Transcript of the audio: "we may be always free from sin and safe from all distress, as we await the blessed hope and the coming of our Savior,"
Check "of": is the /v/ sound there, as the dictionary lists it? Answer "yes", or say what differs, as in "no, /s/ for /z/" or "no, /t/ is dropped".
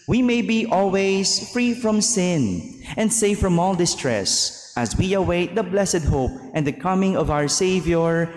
yes